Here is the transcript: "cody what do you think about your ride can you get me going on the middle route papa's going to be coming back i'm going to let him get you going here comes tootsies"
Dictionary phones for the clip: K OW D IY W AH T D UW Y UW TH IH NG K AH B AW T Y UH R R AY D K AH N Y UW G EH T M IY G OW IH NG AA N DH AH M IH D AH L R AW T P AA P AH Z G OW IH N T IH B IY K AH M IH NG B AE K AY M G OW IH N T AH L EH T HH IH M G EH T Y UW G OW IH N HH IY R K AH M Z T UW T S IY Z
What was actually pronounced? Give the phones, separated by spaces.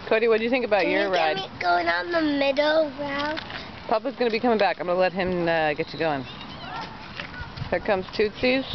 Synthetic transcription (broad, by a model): K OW D IY W AH T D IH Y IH TH IH NG K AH B AW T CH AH R R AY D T G OW IH NG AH N DH AH M IH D L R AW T P AA P AH Z G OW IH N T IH B IY K AH M IH NG B AE K AY M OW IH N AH L EH T HH IH M G EH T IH G OW IH N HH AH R K AH M Z T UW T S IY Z